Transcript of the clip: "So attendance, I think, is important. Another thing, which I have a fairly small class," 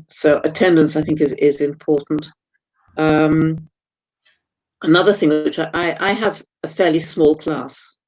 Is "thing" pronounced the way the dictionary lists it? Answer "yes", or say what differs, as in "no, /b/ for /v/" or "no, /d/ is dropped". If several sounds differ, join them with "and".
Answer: yes